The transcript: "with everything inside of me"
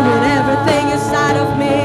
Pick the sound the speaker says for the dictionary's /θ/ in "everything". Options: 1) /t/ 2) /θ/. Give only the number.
2